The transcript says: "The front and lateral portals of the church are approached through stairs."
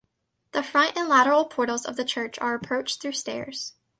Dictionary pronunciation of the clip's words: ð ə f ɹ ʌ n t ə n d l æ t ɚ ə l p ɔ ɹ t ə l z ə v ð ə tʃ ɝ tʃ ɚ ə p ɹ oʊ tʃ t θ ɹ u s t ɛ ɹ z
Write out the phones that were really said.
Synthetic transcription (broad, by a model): ð ə f ɹ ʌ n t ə n l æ t ɚ l p ɔ ɹ t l z ə v ð ə tʃ ɝ tʃ ɚ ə p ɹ oʊ tʃ θ ɹ u s t ɛ ɹ z